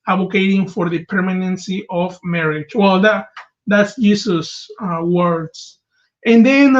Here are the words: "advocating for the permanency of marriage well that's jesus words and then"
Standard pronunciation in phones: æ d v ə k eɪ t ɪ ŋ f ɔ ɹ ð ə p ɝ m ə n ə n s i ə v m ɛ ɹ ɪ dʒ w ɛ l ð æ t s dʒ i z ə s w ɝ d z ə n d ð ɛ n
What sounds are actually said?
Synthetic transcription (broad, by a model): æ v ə k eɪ t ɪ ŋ f ɔ ɹ ð ə p ɝ m ə n ə n s i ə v m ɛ ɹ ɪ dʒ w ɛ l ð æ t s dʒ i s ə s w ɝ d s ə n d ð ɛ n